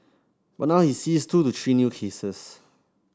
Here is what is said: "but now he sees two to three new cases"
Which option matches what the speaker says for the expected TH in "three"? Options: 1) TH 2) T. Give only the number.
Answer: 2